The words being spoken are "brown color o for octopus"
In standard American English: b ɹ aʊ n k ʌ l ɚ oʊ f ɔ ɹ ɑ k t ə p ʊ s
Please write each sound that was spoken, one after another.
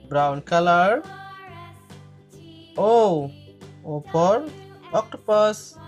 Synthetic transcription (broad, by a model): b ɹ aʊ n k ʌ l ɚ oʊ p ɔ ɹ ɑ k t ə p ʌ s